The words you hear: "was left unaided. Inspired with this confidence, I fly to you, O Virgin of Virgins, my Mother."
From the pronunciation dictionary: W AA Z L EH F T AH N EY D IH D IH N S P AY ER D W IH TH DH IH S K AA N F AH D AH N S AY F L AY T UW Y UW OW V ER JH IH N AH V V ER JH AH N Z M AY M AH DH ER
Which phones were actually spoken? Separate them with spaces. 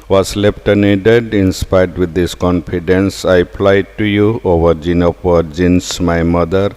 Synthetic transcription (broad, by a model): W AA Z L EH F T AH N EY D IH D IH N S P AY D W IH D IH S K AA N F AH D AH N S AY P L AY T UW Y UW OW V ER JH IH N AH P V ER JH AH N S M AY M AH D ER